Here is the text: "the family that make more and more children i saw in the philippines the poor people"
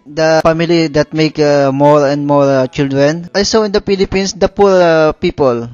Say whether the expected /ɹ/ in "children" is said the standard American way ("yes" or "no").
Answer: yes